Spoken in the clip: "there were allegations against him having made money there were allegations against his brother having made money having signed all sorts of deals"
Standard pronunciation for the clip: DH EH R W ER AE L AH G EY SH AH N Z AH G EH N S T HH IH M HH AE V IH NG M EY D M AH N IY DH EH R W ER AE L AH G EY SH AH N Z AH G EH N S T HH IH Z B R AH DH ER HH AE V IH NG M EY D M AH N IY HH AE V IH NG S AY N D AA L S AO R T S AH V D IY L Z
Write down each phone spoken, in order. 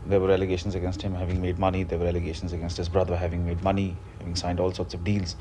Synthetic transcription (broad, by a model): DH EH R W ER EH L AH G EY SH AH N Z AH G EH N S T HH IH M HH AE V IH NG M EY D M AH N IY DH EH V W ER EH L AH G EY SH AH N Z AH G EH N S T HH IH Z B R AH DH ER HH AE V IH NG M EY D M AH N IY HH AE V IH NG S AY N D AA L S AO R T S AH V D IY L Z